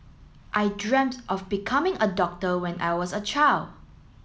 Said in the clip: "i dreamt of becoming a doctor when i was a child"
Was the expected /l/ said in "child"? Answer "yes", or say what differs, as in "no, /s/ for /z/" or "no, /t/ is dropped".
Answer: yes